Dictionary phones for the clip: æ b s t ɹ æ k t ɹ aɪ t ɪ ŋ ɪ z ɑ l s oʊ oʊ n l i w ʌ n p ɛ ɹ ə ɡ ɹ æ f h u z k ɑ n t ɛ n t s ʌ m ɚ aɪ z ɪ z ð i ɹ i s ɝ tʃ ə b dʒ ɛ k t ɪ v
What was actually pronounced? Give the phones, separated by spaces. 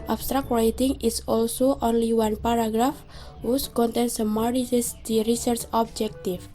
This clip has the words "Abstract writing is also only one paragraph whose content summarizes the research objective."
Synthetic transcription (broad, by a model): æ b s t ɹ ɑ k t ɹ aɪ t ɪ ŋ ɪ s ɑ l s oʊ oʊ n l i w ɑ n p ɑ ɹ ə ɡ ɹ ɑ f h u s k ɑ n t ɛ n s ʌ m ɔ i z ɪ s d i ɹ i s ɝ tʃ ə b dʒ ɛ k t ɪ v